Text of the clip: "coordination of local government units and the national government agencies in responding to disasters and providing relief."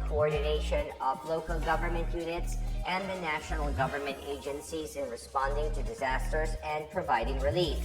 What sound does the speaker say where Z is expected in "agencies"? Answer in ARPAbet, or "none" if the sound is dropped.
Z